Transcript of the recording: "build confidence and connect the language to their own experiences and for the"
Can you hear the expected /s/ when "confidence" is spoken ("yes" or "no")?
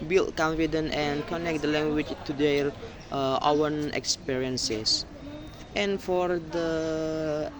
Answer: no